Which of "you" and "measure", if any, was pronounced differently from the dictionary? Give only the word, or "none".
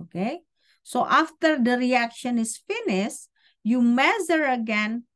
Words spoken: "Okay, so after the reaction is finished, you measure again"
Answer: measure